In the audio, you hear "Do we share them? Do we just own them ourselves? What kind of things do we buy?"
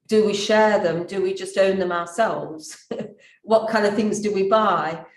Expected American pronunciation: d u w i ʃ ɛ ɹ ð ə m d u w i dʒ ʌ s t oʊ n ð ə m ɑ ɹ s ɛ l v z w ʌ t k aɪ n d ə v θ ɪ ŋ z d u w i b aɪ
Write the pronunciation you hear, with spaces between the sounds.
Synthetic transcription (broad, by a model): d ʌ w i ʃ ɛ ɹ ð ə m d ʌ w i dʒ ʌ s t oʊ n ð ə m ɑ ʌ s ɛ l v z w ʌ t k aɪ n d ə v θ ɪ ŋ z d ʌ w i b aɪ